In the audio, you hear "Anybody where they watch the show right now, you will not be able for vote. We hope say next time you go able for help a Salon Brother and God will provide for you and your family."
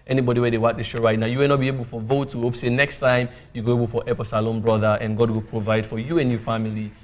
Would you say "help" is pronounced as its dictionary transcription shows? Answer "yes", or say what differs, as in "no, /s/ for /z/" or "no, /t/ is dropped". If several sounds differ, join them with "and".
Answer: no, /l/ is dropped